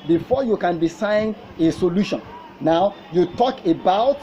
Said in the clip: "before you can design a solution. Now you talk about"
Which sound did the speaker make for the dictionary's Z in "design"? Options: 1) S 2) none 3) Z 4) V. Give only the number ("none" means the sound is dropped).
1